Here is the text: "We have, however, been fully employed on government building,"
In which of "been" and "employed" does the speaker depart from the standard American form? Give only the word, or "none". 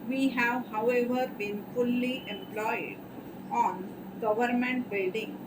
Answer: none